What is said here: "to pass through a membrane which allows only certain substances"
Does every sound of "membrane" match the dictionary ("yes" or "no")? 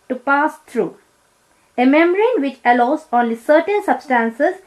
no